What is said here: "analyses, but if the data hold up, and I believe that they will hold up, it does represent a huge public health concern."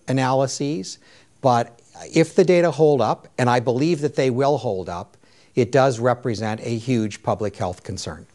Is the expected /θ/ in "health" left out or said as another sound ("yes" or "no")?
no